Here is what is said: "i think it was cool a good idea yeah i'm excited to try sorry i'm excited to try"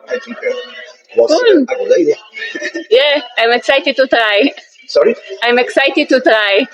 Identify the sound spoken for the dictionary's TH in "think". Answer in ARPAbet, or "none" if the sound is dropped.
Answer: T